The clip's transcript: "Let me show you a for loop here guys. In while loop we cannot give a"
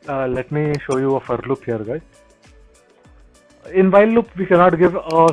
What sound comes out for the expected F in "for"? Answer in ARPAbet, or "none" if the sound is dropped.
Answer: F